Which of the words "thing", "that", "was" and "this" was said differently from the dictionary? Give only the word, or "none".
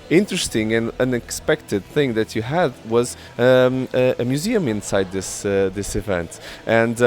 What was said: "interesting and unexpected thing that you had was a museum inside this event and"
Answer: none